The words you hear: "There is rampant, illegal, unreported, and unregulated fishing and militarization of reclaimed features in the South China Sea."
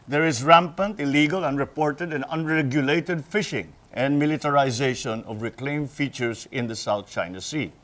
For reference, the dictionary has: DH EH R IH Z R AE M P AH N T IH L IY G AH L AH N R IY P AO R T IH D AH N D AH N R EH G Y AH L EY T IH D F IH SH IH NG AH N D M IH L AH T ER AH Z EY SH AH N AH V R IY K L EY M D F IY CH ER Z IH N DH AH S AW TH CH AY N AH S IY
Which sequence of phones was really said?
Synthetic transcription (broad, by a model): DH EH R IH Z R AE M P AH N T IH L IY G AH L AH N R IY P AO R T IH D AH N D AH N R EH G Y AH L EY T IH D F IH SH IH NG AH N D M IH L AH T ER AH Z EY SH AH N AH V R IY K L EY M F IY CH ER S IH N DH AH S AW TH CH AY N AH S IY